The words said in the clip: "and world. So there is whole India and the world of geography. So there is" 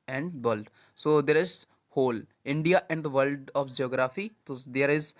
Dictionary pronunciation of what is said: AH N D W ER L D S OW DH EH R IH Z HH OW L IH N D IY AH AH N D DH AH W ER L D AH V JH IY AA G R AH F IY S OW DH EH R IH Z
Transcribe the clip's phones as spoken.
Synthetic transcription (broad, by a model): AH N D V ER L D S OW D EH R IH Z HH OW L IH N D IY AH AH N D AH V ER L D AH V JH IY AA G R AH F IY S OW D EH R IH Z